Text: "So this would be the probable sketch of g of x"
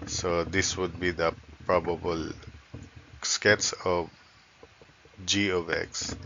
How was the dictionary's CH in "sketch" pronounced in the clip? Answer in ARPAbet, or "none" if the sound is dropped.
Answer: S